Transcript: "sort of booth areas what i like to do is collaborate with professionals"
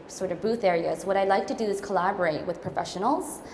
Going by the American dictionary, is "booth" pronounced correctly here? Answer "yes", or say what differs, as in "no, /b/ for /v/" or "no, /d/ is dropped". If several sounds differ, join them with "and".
yes